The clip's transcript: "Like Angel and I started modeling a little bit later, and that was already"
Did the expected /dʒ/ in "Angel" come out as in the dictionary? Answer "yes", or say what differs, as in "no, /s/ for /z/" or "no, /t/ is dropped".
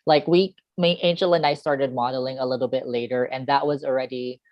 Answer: no, /ʃ/ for /dʒ/